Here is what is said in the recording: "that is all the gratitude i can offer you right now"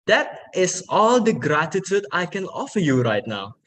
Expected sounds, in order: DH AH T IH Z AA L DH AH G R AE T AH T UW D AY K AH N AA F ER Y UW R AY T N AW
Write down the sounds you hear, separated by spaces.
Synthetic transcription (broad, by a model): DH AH T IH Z AA L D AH G R AE T AH T UW D AY K AH N AA F ER Y UW R AY T N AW